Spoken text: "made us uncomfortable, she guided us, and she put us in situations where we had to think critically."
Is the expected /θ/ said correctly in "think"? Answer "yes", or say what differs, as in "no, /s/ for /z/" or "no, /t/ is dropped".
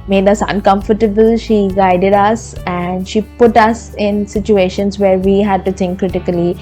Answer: no, /t/ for /θ/